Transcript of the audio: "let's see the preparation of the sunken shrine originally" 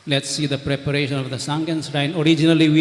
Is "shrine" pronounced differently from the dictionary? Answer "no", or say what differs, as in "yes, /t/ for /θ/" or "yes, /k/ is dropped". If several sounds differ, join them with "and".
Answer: yes, /s/ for /ʃ/